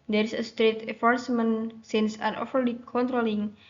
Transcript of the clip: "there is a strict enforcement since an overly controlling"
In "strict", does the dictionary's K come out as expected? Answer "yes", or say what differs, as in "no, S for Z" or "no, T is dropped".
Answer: no, K is dropped